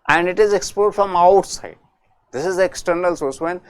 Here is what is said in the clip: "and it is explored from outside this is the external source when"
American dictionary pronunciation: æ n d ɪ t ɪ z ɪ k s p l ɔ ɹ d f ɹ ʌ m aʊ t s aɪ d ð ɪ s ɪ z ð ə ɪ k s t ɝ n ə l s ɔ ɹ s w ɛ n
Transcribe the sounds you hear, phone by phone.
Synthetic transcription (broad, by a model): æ n d ɪ t ɪ z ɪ k s p ɔ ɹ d f ɹ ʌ m aʊ t s aɪ d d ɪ s ɪ z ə k s t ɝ n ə l s ɔ ɹ s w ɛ n